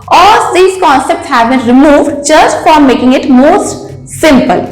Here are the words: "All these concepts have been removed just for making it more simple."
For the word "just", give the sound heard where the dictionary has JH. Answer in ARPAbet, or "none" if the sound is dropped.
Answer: CH